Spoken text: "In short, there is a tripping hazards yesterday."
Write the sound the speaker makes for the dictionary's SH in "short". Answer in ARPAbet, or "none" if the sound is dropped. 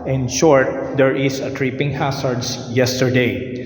SH